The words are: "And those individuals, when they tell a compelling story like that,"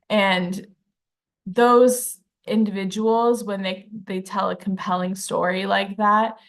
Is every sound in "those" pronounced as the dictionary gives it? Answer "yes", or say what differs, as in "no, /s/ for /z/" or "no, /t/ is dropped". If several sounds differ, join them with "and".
yes